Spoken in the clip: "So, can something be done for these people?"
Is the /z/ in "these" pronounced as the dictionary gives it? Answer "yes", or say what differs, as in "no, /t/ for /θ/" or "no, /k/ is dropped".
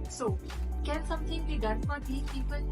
no, /z/ is dropped